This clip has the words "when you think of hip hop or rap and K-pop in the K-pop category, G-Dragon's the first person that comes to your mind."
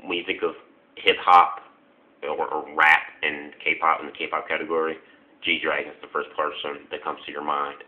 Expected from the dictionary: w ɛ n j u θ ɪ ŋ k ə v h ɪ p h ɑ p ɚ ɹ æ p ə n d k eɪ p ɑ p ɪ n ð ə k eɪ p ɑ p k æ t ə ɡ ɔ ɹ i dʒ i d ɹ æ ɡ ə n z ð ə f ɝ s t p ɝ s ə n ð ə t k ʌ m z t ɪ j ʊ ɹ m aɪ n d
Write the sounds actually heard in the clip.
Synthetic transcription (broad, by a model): w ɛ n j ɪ θ ɪ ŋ k ə v h ɪ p h ɑ p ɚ ɹ æ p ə n k eɪ p ɑ p ɪ n ð ə k eɪ p ɑ p k æ t ə ɡ ɔ ɹ i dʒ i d ɹ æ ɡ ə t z ð ə f ɝ s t p ɝ s ə n ð ə t k ʌ m z t ɪ j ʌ ɹ m aɪ n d